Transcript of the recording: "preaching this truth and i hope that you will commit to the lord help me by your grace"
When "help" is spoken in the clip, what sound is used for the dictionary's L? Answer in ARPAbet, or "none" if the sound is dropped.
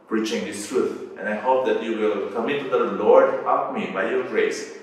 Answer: none